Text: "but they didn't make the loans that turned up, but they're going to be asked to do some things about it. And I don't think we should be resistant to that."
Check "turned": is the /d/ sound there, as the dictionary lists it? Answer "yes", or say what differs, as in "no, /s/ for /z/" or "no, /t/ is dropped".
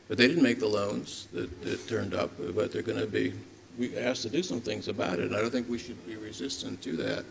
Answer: yes